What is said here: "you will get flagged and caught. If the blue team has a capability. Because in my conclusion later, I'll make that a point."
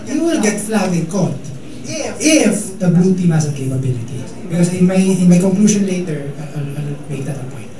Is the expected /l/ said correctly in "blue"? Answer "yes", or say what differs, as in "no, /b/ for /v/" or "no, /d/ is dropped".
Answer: no, /l/ is dropped